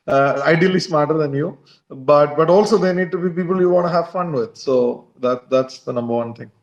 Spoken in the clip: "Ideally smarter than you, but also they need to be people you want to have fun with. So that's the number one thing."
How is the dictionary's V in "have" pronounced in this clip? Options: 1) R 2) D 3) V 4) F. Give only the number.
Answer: 3